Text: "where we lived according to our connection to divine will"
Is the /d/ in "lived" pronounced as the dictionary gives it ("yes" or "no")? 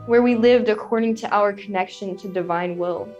yes